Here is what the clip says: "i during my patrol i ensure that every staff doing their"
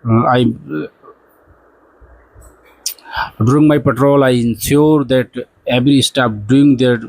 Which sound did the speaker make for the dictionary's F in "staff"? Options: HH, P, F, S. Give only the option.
P